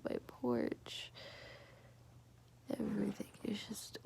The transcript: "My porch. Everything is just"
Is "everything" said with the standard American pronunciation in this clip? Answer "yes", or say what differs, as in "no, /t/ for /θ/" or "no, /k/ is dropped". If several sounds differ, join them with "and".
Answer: yes